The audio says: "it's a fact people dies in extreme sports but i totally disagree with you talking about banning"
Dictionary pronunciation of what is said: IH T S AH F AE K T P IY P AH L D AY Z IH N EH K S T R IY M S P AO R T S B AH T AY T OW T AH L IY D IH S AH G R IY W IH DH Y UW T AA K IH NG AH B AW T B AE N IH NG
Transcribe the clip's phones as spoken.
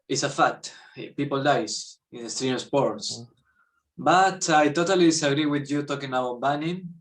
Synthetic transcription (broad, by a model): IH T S AH F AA T P IY P AH L D AY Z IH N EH S T R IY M S P AO R T S B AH T AY T OW T AH L IY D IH S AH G R IY W IH DH Y UW T AA K IH NG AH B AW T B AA N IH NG